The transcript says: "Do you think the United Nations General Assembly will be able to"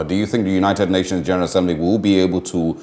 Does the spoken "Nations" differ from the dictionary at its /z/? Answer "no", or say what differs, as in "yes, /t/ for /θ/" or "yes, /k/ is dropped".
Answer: no